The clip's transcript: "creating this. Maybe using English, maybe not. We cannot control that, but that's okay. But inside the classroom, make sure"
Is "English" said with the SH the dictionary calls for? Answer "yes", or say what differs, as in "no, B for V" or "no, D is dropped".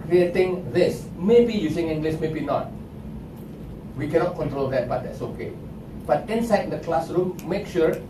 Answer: no, S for SH